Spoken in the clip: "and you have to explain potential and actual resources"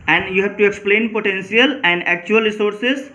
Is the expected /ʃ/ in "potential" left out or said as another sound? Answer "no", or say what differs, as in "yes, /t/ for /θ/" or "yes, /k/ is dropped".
yes, /s/ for /ʃ/